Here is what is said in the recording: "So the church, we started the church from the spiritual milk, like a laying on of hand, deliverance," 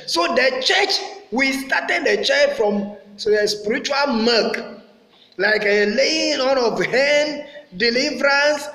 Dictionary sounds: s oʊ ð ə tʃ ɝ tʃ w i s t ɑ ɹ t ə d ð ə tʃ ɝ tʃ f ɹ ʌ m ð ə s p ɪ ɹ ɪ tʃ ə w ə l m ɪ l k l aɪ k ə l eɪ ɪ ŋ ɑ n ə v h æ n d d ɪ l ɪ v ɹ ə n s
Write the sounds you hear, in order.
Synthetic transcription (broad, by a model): s oʊ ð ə tʃ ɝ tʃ w i s t ɑ t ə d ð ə tʃ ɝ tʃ f ɹ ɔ m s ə s p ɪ ɹ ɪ tʃ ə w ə l m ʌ k l aɪ k ə l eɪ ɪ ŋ ɑ n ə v h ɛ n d d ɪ l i v ɹ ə n s